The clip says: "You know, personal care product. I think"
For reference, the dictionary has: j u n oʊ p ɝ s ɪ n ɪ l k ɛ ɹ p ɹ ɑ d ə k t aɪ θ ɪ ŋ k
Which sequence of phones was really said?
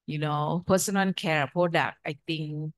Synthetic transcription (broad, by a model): j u n oʊ p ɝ s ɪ n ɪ n k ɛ ɹ p ɹ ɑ d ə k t aɪ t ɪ ŋ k